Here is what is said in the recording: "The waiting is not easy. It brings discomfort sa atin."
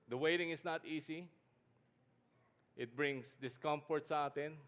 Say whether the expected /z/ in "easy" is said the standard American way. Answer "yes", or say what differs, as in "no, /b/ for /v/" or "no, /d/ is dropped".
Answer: no, /s/ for /z/